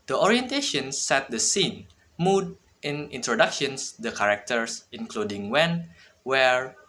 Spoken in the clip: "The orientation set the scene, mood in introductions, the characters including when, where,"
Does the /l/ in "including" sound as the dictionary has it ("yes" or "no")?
yes